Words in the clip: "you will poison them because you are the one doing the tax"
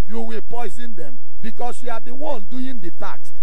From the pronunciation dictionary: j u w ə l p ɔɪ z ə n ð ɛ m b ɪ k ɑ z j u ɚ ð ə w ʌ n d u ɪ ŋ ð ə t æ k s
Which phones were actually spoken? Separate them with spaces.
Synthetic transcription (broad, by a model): j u w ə p ɔɪ z ə n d ɛ m b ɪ k ɑ s j u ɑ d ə w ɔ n d u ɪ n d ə t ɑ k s